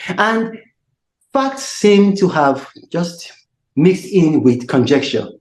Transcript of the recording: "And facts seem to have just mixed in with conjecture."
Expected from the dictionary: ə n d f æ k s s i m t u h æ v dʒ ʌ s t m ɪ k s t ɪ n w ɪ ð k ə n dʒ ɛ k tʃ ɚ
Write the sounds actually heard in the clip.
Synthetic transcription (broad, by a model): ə n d f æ k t s i m t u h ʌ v dʒ ʌ s t m ɪ k s t ɪ n w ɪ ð k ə n dʒ ɛ k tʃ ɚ